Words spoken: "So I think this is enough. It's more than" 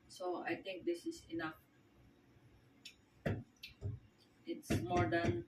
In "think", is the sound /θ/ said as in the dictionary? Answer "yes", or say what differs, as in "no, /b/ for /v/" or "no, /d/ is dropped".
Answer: no, /t/ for /θ/